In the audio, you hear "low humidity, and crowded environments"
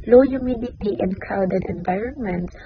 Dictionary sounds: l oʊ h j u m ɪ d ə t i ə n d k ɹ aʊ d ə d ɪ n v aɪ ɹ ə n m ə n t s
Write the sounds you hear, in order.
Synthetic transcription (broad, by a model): l oʊ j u m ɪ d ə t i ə n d k aʊ d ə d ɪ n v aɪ ɹ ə n m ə n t s